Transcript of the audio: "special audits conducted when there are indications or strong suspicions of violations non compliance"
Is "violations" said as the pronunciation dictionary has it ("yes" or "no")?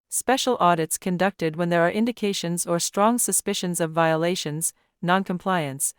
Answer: yes